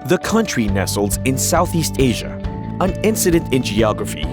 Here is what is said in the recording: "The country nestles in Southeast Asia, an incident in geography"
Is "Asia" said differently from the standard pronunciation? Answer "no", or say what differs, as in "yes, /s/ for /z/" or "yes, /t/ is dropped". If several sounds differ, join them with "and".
no